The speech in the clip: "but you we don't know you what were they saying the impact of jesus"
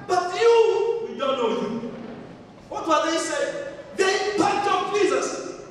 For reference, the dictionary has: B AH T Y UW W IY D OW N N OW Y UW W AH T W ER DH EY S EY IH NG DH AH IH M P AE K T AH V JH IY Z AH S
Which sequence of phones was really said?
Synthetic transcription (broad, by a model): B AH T Y UW W IY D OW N N OW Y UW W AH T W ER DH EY S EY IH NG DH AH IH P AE T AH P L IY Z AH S